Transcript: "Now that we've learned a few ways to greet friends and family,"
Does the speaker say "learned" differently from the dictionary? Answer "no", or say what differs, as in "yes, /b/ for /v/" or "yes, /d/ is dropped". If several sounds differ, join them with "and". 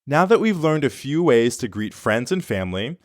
no